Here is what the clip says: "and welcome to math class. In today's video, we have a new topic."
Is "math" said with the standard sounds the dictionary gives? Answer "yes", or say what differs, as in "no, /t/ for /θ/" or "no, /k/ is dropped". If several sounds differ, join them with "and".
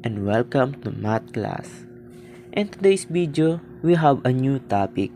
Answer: no, /t/ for /θ/